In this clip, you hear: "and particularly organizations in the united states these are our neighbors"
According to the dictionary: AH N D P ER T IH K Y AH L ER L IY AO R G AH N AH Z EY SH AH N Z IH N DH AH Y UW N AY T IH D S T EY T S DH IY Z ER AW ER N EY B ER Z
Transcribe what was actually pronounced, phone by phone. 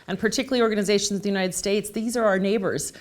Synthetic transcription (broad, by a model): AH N P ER T IH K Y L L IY AO R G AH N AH Z EY SH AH N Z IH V DH AH Y UW N AY T IH D S T EY T S DH IY Z ER AW ER N EY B ER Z